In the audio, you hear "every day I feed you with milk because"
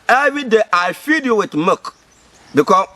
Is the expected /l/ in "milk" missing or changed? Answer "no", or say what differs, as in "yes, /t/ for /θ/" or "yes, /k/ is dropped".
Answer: yes, /l/ is dropped